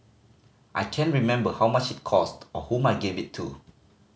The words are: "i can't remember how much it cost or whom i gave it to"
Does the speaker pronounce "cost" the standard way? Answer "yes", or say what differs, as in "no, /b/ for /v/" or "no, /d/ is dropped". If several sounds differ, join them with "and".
yes